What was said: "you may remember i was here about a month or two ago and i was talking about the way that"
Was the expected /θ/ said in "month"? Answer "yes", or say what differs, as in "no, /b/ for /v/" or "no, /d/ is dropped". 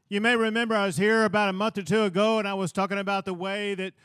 yes